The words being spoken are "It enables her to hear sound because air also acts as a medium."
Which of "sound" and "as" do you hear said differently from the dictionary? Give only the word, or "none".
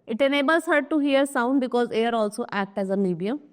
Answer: none